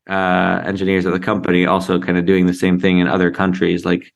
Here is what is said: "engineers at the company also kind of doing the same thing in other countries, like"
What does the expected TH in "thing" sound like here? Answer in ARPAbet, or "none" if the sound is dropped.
TH